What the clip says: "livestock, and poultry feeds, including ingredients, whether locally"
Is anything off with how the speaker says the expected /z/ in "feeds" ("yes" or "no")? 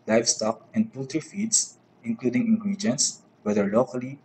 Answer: yes